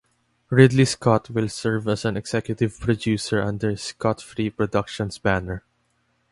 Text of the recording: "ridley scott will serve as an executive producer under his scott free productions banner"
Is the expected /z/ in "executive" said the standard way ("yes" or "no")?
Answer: no